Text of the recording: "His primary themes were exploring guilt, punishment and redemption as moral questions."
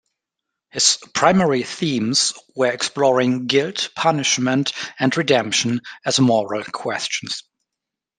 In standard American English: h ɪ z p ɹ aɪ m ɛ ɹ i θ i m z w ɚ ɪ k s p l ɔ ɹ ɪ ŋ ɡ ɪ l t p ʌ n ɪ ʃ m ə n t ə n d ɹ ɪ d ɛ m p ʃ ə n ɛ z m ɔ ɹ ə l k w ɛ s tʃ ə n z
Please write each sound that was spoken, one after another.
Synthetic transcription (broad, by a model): h ɪ z p ɹ aɪ m ɛ ɹ i θ i m z w ɚ ɪ k s p l ɔ ɹ ɪ ŋ ɡ ɪ l t p ʌ n ɪ ʃ m ə n t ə n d ɹ ɪ d ɛ m p ʃ ə n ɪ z m ɔ ɹ ə l k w ɛ s tʃ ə n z